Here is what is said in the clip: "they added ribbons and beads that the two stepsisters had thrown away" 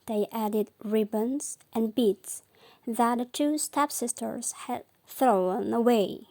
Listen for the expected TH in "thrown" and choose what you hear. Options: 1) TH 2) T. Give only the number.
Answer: 1